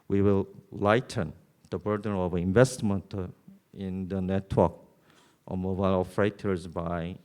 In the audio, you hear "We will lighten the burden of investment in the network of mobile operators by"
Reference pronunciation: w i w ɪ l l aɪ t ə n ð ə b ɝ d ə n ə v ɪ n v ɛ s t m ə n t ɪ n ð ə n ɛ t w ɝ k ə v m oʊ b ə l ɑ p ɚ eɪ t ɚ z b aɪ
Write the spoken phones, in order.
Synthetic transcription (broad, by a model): w i w ɪ l l aɪ t ə n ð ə b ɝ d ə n ə v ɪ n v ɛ s t m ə n t ɪ n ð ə n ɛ t w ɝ k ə m oʊ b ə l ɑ f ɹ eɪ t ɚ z b aɪ